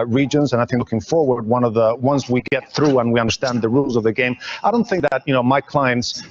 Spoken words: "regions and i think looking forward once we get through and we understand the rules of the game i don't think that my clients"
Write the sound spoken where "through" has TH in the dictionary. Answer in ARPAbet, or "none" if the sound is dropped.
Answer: TH